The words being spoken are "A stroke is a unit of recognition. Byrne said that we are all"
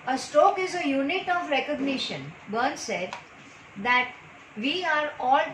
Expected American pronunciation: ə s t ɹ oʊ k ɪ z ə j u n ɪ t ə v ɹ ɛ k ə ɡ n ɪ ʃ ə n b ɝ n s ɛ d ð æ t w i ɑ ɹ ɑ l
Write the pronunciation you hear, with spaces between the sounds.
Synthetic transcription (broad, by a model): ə s t oʊ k ɪ z ə j u n ɪ t ə v ɹ ɛ k ə ɡ n ɪ ʃ ə n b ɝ n s ɛ d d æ t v i ɑ ɹ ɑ l